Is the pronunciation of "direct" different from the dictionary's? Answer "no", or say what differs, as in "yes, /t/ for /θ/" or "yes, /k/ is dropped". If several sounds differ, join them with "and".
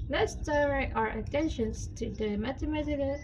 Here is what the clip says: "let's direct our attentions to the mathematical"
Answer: yes, /l/ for /ɹ/